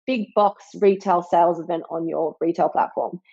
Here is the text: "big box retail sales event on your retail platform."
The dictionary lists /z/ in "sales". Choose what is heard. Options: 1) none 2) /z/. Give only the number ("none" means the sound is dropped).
2